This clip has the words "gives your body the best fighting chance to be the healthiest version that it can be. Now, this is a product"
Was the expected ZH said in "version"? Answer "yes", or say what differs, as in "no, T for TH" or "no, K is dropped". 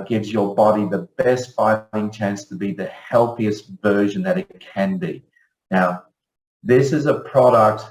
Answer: yes